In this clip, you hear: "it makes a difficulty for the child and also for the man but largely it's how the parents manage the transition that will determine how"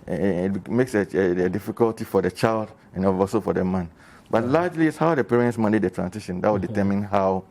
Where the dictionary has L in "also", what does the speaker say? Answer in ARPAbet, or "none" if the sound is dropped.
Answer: none